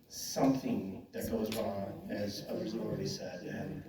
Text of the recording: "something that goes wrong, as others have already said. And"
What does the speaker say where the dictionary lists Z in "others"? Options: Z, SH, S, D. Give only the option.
Z